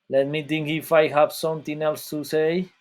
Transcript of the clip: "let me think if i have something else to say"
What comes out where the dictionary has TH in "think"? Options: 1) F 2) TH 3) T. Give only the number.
3